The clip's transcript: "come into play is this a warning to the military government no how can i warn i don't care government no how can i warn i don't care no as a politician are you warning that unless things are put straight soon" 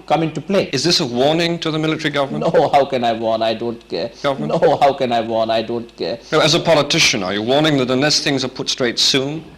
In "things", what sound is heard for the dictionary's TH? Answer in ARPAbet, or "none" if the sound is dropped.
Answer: TH